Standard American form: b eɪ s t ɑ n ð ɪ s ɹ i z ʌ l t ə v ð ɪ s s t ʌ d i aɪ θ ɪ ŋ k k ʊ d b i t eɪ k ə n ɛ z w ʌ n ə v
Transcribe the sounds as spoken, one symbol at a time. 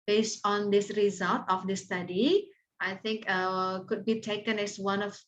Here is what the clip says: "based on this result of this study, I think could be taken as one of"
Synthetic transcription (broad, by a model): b eɪ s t ɑ n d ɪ s ɹ i z ʌ l t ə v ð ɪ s s t ʌ d i aɪ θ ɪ ŋ k k ʊ d b i t eɪ k ə n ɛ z w ʌ n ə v